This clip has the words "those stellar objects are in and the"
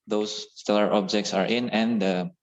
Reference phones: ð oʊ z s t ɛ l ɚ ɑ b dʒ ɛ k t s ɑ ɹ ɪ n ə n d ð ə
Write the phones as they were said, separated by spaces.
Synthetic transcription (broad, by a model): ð oʊ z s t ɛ l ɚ ɑ b dʒ ɛ k t s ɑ ɹ ɪ n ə n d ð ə